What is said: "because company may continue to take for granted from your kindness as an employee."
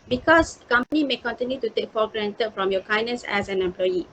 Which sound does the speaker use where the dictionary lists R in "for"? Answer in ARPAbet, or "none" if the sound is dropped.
L